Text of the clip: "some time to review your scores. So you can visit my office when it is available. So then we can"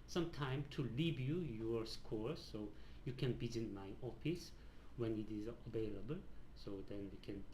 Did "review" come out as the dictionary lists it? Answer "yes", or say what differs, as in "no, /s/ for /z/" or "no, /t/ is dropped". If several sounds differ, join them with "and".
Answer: no, /l/ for /ɹ/